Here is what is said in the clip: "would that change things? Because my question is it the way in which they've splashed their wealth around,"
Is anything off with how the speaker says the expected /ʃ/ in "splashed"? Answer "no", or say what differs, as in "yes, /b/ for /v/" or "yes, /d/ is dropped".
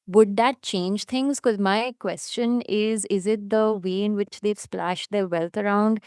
no